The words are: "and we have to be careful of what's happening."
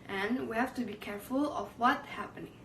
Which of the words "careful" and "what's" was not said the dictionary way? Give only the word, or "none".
what's